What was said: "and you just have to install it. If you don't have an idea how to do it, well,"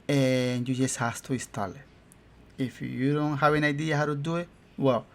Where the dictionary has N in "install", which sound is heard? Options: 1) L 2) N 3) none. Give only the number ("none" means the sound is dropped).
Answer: 3